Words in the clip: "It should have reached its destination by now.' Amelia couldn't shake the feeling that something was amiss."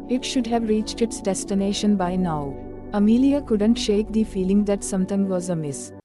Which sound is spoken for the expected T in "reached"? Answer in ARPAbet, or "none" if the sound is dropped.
T